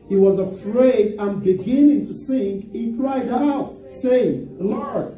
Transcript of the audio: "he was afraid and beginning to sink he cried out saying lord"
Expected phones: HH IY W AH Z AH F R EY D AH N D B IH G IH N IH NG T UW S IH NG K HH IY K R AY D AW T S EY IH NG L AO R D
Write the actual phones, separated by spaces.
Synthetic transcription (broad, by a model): HH IY W AH Z AH F R EY D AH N B IH G IH N IH NG T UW S IH NG K HH IY K R AY D AW T S EY IH NG L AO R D